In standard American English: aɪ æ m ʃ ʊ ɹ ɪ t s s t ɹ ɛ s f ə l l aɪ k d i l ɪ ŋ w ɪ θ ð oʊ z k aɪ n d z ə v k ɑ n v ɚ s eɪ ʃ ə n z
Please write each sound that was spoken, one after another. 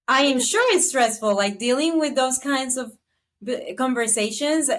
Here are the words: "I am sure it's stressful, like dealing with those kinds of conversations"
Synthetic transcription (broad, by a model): aɪ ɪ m ʃ ʊ ɹ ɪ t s s t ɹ ɛ s f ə l l aɪ k d i l ɪ ŋ w ɪ ð oʊ z k aɪ n d z ə v k ɑ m v ɚ s eɪ ʃ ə n z